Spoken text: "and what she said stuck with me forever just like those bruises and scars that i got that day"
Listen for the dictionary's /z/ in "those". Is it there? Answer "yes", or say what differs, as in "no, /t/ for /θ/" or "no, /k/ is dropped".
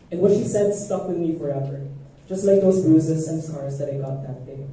yes